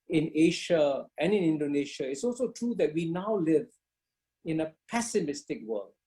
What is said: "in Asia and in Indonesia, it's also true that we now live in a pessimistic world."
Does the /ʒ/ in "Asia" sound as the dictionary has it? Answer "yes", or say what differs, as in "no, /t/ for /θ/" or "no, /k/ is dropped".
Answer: no, /ʃ/ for /ʒ/